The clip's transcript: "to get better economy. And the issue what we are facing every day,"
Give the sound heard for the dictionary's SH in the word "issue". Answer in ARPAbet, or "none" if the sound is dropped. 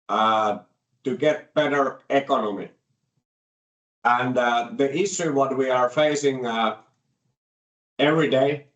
S